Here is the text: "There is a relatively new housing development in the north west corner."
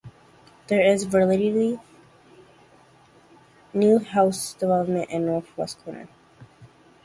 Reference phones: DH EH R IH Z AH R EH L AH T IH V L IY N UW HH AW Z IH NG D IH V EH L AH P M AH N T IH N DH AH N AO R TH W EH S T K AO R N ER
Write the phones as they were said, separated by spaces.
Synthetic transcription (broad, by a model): DH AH R IH Z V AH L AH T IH L IY N UW HH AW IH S D IH V EH L AH P M AH N T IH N N AO R TH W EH S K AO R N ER